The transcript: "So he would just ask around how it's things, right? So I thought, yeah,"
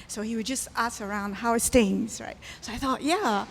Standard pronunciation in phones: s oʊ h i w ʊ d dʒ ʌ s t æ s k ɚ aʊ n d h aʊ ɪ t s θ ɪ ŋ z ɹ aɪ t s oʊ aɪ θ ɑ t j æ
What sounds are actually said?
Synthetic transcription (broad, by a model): s oʊ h i w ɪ d dʒ ʌ s t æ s ɚ aʊ n d h aʊ ɪ t s t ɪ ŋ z ɹ aɪ t s oʊ aɪ θ ɑ t j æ